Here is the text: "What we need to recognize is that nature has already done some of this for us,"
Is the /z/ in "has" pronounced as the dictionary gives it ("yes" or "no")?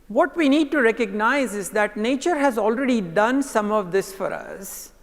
yes